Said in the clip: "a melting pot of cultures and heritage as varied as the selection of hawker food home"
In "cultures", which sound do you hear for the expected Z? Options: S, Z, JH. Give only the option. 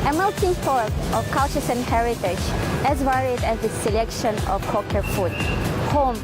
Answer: S